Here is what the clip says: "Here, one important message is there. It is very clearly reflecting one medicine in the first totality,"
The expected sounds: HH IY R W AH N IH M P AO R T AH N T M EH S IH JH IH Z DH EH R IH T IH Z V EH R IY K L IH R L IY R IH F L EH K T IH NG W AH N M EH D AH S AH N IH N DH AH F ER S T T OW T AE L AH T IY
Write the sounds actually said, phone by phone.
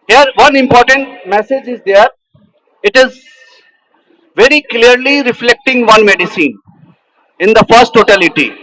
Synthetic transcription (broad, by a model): HH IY R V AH N IH M P AO R T AH N T M EH S IH JH IH Z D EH R IH T IH Z V EH R IY K L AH R L IY R IH F L EH K T IH NG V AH N M EH D AH S AH N IH N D AH F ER S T T OW T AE L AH T IY